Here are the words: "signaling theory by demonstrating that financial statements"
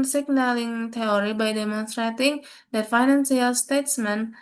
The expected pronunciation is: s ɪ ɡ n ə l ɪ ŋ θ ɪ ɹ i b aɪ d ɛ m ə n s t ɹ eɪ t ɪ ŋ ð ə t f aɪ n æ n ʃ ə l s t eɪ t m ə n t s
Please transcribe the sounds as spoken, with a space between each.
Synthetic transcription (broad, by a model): s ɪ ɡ n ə l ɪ ŋ t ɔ ɹ i b aɪ d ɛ m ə n s t ɹ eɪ t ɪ ŋ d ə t f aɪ n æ n s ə l s t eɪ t m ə n